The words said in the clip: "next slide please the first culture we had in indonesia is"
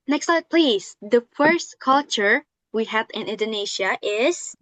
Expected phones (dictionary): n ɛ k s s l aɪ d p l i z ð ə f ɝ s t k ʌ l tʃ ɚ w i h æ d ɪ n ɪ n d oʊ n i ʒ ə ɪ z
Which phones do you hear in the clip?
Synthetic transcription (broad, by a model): n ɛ k s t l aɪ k p l i z ð ə f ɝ s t k ʌ l tʃ ɚ w i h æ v ɪ n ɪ n d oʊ n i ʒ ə ɪ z